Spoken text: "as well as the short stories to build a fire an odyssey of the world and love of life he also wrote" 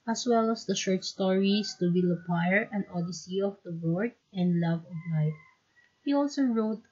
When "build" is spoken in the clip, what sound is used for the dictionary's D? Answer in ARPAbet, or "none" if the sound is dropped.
none